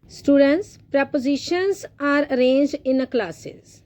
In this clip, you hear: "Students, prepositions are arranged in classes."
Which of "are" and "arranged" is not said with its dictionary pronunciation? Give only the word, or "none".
arranged